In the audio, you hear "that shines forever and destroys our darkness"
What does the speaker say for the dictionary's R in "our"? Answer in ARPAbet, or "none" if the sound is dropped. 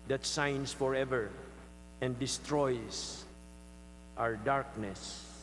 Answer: R